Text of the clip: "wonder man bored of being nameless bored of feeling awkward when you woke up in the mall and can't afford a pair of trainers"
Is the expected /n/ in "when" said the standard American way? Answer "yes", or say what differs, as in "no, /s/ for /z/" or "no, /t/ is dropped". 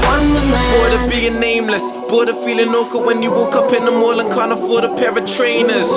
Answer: yes